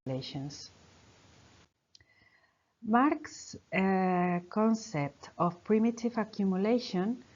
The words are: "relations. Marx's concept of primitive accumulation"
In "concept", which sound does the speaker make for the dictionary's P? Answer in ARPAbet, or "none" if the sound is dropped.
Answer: P